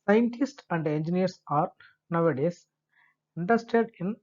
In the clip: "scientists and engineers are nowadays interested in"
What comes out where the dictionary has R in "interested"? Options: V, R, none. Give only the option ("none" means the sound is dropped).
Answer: none